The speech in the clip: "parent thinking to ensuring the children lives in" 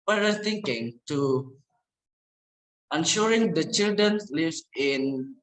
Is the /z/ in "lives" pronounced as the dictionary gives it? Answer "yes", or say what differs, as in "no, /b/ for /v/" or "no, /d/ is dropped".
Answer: no, /z/ is dropped